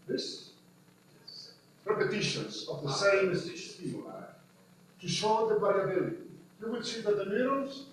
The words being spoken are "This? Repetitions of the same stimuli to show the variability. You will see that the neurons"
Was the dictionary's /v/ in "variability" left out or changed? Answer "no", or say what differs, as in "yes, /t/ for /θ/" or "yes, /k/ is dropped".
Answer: yes, /b/ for /v/